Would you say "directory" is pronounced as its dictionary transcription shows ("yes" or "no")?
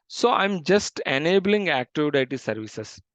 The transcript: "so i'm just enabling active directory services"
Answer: no